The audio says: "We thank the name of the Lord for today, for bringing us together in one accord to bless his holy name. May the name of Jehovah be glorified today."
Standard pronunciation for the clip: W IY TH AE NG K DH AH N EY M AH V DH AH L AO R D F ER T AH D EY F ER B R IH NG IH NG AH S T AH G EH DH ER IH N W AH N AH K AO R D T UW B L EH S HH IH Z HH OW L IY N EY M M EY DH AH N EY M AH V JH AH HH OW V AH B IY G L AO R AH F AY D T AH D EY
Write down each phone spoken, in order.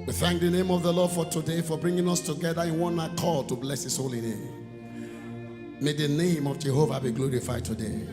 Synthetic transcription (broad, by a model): W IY TH AE NG K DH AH N EY M AH V DH AH L AO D F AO T AH D EY F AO B R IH NG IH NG AH S T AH G EH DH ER IH N W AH N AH K AO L T UW B L EH S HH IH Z HH OW L IY N EY M M EY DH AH N EY M AH V JH AH HH OW V AH B IY G L AO R AH F AY D T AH D EY